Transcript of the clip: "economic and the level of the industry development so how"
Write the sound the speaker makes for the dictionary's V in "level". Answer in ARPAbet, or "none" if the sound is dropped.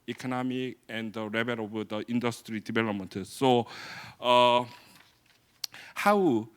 B